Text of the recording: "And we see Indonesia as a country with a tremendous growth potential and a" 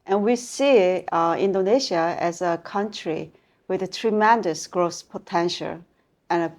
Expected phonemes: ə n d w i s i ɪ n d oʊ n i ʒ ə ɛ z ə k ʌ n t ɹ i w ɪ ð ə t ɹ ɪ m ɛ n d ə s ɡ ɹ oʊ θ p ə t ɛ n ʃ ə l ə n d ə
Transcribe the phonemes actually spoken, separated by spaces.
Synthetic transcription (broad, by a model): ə n w i s i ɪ n d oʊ n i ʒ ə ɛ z ə k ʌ n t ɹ i w ɪ ð ə t ɹ ɪ m ɛ n d ə s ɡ ɹ oʊ s p ə t ɛ n ʃ ə l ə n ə